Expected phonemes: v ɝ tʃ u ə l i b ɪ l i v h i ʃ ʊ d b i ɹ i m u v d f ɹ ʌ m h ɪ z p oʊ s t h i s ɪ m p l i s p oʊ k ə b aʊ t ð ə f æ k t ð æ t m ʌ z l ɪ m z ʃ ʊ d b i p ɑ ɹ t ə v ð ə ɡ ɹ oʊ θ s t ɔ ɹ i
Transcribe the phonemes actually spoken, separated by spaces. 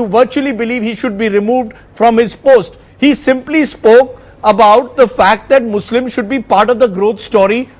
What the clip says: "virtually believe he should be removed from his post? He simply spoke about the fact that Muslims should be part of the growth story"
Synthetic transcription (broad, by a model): v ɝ tʃ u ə l i b ɪ l i v h i ʃ ʊ d b i ɹ i m u v d f ɹ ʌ m h ɪ z p oʊ s t h i s ɪ m p l i s p oʊ k ə b aʊ t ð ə f æ k t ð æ t m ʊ s l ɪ m ʃ ʊ d b i p ɑ ɹ t ə v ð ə ɡ ɹ oʊ t s t ɔ ɹ i